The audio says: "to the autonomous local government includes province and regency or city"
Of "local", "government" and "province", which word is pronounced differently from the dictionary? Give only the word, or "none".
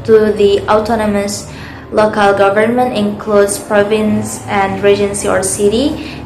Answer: none